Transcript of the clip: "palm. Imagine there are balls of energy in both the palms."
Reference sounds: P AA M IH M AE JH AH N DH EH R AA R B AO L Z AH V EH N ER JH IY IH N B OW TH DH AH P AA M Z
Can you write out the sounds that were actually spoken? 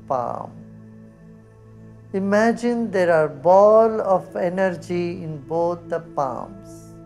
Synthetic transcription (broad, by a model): P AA M IH M AE JH AH N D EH R AA R B AO L AH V EH N ER JH IY IH N B OW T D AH P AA M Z